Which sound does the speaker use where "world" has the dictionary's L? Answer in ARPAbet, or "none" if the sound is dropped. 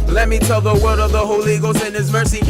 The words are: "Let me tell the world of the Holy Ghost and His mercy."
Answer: none